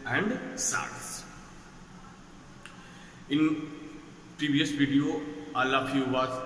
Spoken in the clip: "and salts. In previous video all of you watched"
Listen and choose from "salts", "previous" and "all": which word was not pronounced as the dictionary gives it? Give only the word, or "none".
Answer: salts